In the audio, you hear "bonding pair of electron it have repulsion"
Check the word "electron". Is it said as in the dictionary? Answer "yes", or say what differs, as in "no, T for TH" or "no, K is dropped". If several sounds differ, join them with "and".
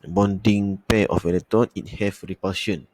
no, K is dropped and R is dropped